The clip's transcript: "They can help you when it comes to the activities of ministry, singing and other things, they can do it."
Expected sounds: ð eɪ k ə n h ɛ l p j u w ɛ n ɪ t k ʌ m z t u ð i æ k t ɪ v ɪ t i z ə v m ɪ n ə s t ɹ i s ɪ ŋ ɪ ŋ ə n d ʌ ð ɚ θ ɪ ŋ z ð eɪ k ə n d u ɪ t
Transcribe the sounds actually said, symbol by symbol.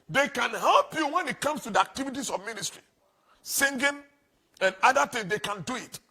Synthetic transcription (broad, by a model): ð eɪ k ə n h ɛ l p j u w ɛ n ɪ t k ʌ m s t u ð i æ k t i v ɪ t i s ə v m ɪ n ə s t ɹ i s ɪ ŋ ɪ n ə n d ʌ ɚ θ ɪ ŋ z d eɪ k ə n d u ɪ t